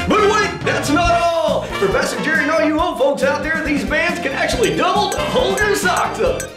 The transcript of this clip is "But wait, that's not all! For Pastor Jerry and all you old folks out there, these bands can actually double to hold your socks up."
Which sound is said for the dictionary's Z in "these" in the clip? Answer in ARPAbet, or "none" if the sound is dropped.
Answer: Z